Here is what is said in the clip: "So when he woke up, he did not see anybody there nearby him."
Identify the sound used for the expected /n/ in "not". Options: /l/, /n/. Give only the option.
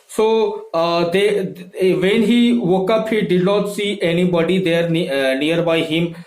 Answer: /l/